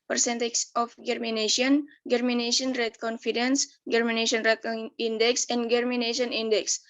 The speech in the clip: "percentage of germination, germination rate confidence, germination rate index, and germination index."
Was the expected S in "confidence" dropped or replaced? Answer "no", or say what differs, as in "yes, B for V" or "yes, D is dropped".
no